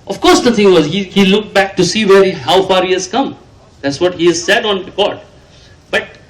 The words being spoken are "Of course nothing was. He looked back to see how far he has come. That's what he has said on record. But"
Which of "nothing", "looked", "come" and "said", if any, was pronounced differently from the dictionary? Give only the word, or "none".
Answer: nothing